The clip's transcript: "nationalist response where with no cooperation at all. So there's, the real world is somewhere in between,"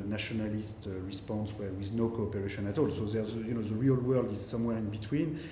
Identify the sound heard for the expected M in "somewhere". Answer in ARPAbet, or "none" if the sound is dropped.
M